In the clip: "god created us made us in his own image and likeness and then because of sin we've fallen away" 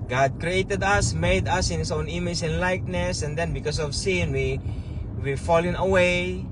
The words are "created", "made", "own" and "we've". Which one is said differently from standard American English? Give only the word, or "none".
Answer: we've